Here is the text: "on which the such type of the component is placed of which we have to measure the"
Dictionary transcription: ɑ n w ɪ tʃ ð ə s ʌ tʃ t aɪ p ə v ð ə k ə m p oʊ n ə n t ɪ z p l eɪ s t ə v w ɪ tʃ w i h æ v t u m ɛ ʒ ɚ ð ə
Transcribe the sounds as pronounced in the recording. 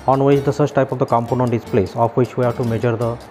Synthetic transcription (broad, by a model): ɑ n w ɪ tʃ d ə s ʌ s t aɪ p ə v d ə k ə m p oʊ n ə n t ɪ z p l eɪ s ə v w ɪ tʃ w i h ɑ t u m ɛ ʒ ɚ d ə